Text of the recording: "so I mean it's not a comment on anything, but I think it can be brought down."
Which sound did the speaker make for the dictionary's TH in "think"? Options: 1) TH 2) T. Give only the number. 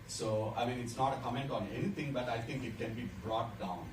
2